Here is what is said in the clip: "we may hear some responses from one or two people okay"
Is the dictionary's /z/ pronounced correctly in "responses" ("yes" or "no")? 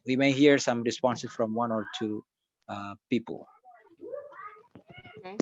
no